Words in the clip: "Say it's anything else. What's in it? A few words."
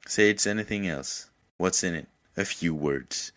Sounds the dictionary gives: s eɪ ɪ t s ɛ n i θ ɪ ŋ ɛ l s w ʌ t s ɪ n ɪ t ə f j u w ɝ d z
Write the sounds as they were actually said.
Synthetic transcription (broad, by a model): s eɪ ɪ t s ɛ n i θ ɪ ŋ ɛ l s w ʌ t s ɪ n ɪ t ə f j u w ɝ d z